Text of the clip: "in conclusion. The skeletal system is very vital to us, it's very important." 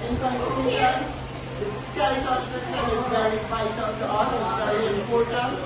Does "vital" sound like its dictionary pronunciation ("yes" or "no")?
no